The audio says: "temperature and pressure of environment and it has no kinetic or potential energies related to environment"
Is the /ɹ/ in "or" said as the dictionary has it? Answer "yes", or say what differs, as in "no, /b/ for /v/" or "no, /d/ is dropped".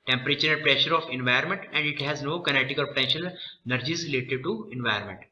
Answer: no, /l/ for /ɹ/